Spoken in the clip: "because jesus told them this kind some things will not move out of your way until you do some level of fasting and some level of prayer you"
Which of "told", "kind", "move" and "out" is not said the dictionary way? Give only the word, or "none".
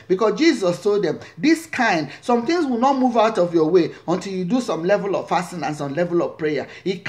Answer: none